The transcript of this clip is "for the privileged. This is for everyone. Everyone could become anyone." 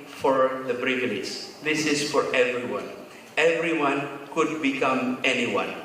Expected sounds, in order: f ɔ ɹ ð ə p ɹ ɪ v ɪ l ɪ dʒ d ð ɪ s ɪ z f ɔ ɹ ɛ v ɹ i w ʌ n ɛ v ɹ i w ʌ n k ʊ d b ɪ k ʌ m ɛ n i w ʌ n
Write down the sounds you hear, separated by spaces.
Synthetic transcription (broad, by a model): f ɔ ɹ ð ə b ɹ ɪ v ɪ n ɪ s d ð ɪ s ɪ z f ɔ ɹ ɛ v ɹ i w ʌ n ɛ v ɹ i w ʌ n k ʊ d b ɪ k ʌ m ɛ n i w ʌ n